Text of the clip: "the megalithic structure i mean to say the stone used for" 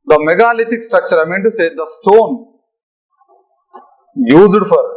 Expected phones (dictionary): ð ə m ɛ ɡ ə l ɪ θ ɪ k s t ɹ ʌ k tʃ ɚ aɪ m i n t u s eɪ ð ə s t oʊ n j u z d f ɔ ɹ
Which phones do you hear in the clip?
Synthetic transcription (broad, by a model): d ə m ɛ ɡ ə l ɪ t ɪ k s t ɹ ʌ k tʃ ɚ aɪ m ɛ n t u s eɪ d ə s t oʊ n j u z d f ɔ ɹ